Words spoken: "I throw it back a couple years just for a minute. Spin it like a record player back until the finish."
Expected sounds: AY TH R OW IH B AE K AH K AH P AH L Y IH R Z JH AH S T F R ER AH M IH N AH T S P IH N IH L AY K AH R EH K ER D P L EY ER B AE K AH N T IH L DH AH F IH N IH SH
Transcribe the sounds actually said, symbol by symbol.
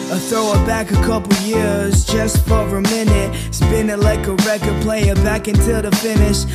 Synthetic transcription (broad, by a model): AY TH R OW IH B AE K AH K AH P L Y IH R Z JH AH S T F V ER AH M IH N AH T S B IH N IH L AY K AH R EH K ER D P L EY ER B AE K AH N T IH L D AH F IH N IH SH